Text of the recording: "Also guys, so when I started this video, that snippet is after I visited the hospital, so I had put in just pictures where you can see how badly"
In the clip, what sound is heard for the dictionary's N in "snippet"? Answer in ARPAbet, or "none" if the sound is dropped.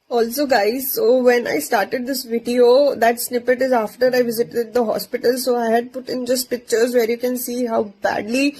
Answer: N